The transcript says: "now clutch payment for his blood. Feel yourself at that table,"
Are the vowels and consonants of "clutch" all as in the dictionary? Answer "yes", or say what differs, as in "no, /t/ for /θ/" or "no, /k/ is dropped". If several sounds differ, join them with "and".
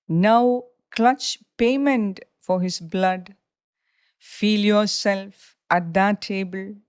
yes